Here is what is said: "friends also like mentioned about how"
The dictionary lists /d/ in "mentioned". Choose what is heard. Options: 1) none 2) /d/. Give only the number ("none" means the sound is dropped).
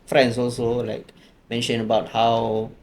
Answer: 1